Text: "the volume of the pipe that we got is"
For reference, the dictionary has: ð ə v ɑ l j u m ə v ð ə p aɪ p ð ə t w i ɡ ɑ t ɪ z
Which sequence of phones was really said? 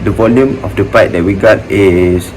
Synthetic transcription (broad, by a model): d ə v ɑ l j u m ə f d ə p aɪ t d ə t w i ɡ ɑ t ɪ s